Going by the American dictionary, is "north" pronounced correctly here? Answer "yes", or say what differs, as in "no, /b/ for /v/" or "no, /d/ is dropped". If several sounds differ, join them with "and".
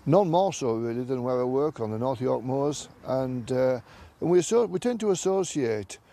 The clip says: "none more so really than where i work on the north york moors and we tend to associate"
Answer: yes